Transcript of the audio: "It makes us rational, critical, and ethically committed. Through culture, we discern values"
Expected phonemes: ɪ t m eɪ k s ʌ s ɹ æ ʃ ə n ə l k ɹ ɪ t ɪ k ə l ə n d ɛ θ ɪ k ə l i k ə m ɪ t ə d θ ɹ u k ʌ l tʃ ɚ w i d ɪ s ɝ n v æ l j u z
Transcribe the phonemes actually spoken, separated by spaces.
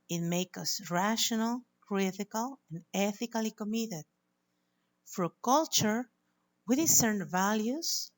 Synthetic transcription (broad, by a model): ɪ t m eɪ k ʌ s ɹ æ ʃ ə n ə l k ɹ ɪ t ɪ k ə l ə n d ɛ θ ɪ k ə l i k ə m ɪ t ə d f ɹ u k ʌ l tʃ ɚ w i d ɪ s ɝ n v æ l j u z